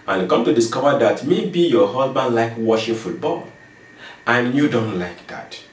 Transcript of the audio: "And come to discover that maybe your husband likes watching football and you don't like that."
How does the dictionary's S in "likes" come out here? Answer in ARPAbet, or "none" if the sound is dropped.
none